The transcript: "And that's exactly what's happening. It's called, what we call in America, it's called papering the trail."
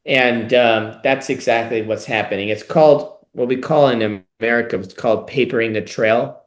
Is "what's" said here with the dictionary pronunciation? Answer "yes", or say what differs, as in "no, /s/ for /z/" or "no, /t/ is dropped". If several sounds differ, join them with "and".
yes